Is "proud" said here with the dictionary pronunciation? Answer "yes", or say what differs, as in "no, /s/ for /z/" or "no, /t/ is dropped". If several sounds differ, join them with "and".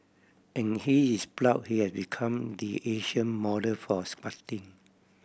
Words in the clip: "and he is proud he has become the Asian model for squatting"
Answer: no, /l/ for /ɹ/